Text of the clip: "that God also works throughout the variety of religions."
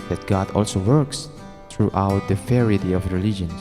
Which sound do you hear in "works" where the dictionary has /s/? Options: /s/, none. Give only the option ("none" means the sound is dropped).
/s/